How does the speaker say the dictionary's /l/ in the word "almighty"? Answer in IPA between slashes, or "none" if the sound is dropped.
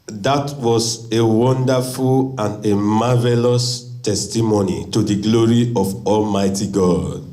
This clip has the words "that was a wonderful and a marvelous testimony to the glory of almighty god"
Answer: /l/